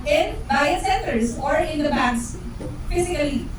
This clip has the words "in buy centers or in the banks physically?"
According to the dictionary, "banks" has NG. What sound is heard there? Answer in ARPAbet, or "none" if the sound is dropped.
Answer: none